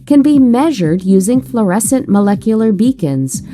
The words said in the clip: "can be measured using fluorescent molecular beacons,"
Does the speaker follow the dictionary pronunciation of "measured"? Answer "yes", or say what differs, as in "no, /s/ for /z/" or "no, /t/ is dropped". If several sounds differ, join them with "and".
yes